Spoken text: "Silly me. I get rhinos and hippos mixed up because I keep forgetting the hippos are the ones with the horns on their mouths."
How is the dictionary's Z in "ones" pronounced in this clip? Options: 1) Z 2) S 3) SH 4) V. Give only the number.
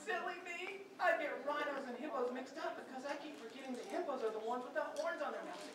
1